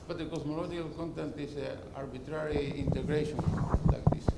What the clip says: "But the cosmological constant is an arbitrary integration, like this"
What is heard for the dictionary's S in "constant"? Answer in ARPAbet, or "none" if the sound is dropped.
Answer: none